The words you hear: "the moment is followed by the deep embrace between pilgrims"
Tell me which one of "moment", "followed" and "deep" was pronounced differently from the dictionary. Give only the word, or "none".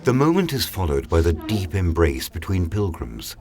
none